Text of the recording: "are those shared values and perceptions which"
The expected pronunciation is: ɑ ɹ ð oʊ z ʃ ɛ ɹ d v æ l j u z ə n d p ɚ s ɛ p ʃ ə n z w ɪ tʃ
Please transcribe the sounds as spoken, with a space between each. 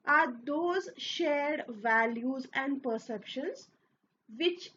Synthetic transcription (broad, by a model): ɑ ɹ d oʊ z ʃ ɛ ɹ d v æ l j u z ə n d p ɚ s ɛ p ʃ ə n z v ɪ tʃ